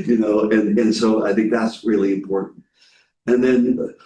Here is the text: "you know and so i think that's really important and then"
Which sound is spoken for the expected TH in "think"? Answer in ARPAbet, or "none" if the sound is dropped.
TH